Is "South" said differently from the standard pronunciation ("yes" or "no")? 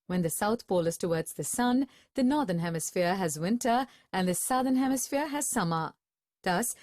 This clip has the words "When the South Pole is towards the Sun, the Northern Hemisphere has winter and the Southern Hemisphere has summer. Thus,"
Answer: no